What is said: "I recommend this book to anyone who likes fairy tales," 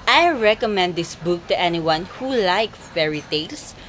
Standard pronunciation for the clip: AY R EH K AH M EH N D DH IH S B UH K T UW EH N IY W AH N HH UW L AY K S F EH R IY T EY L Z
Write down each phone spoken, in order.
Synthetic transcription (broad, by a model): AY R EH K AH M EH N D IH S B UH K T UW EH N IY W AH N HH UW L AY K F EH R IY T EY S